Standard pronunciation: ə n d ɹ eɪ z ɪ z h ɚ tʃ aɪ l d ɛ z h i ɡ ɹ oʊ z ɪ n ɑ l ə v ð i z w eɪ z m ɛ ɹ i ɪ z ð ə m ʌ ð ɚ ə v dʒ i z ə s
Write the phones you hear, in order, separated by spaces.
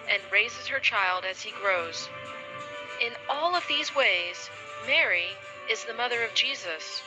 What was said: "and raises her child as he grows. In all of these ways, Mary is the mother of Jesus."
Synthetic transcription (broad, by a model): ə n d ɹ eɪ z ɪ z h ɚ tʃ aɪ l d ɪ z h i ɡ ɹ oʊ z ɪ n ɑ l ə v ð i z w eɪ z m ɛ ɹ i ɪ z ð ə m ʌ ð ɚ ə v dʒ i z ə s